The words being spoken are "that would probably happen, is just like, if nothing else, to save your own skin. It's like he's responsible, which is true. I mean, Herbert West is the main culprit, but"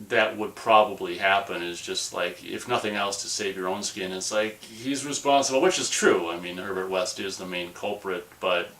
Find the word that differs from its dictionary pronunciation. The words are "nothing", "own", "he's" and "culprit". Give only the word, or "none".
none